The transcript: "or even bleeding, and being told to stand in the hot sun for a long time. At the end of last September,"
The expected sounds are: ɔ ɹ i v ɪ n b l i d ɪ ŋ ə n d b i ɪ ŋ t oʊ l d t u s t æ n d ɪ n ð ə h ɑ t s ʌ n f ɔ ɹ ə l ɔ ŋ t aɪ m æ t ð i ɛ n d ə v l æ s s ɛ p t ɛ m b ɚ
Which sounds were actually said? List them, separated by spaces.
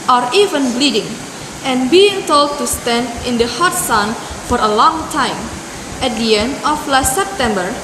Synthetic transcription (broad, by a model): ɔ ɹ i v ɪ n b l i d ɪ ŋ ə n b i ɪ ŋ t oʊ l d t u s t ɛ n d ɪ n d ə h ɑ t s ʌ n f ɔ ɹ ə l ɔ ŋ t aɪ m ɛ t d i ɛ n d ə f l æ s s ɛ p t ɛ m b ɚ